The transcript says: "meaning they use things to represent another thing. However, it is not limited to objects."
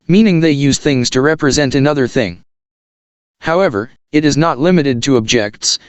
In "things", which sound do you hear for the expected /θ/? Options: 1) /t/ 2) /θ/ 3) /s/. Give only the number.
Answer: 2